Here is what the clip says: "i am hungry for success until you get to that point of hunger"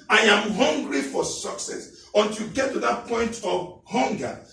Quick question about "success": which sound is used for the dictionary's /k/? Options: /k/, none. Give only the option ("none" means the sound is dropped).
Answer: /k/